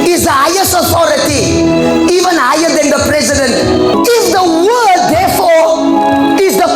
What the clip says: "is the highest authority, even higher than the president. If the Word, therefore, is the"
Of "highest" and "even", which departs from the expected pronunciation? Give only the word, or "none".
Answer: highest